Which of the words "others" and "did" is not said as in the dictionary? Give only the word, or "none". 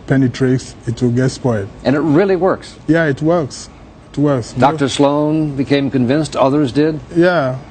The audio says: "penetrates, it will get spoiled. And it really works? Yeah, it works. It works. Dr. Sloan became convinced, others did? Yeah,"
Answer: none